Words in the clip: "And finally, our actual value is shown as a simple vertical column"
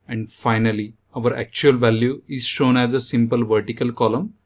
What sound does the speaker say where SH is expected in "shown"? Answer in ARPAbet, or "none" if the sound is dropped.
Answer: SH